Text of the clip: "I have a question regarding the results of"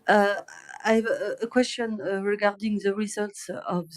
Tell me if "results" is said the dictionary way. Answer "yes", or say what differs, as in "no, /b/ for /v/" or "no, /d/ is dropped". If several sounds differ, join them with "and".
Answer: yes